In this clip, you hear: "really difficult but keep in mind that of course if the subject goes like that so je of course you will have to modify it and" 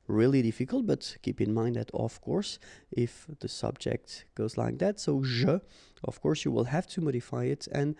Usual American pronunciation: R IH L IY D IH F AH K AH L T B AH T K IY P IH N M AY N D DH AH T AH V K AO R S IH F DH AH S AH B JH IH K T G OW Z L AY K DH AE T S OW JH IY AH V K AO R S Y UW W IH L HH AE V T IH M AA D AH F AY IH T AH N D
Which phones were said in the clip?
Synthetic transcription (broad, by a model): R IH L IY D IH F AH K AH L T B AH T K IY P IH N M AY N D DH AH T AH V K AO R S IH F DH AH S AH B JH IH K T G OW Z L AY K DH AE T S OW ZH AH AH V K AO R S Y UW W IH L HH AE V T IH M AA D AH F AY IH T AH N